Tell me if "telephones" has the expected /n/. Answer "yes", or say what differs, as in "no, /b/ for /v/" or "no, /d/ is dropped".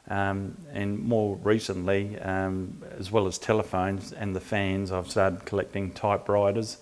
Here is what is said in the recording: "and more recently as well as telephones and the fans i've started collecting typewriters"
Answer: yes